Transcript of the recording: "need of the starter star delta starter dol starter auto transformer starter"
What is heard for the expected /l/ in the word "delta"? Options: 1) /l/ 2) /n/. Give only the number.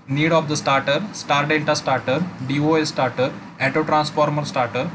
2